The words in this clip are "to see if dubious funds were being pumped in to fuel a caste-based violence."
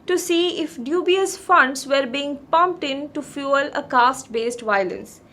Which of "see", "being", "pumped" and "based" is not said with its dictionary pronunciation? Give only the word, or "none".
none